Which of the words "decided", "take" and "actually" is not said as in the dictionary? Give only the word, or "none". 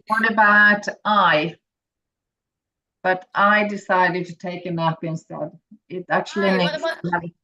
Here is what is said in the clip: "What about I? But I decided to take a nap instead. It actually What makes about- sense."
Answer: actually